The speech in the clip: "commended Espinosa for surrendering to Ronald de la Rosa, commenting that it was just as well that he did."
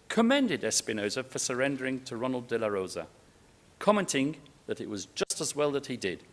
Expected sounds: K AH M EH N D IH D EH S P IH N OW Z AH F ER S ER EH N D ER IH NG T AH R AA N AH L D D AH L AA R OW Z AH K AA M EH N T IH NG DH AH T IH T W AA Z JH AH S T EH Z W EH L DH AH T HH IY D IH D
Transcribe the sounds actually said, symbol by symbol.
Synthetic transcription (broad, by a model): K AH M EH N D IH D EH S P IH N OW Z AH F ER S ER EH N D ER IH NG T AH R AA N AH L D D AH L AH R OW Z AH K AA M EH N T IH NG DH AH T IH T W AA Z JH AH S T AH Z W EH L DH AH T HH IY D IH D